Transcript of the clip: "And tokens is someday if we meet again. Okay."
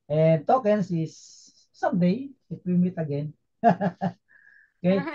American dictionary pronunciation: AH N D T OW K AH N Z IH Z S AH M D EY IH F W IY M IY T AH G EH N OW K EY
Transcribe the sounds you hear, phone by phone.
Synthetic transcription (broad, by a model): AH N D T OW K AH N S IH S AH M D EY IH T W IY M IY T AH G EH N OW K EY